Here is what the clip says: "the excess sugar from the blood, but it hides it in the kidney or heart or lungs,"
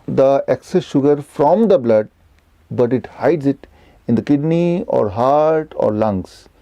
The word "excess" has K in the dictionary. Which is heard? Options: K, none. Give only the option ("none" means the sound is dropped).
K